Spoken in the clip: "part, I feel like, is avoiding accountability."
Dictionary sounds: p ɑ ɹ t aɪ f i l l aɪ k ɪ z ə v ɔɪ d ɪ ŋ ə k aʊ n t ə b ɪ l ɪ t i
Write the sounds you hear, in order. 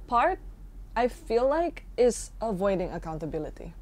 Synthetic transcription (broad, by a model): p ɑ ɹ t aɪ f i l l aɪ k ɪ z ə v ɔɪ d ɪ ŋ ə k aʊ n t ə b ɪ l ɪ t i